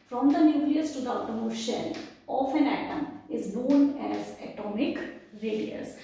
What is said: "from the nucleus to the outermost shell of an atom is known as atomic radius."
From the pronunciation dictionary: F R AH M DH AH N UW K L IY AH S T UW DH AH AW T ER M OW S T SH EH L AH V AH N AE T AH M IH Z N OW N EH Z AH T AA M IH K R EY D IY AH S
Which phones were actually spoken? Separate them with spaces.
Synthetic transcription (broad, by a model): F R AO M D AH N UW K L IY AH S T UW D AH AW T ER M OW T SH EH L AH F AH N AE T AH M IH Z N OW N EH Z AH T AA M IH K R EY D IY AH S